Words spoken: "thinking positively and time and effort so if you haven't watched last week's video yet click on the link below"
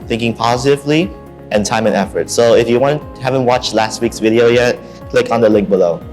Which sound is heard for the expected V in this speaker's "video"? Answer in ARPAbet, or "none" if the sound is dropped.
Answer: V